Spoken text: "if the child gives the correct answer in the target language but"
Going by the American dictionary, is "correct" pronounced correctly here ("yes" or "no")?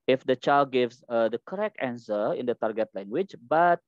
yes